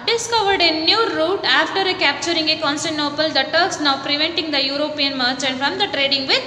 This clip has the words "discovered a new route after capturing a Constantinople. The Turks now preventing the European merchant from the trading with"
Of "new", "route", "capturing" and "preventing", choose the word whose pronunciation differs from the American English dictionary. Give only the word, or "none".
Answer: none